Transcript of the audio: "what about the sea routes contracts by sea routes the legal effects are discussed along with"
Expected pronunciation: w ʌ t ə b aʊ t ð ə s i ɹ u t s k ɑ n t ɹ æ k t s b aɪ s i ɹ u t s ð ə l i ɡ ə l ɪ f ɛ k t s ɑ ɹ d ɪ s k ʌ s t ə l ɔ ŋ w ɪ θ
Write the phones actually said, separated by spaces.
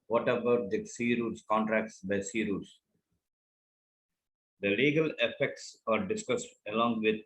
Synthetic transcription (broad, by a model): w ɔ t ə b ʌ t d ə s i ɹ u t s k ɑ n t ɹ æ k t s b aɪ s i ɹ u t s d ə l i ɡ ə l ɪ f ɛ k t s ɑ ɹ d ɪ s k ʌ s t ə l ɔ ŋ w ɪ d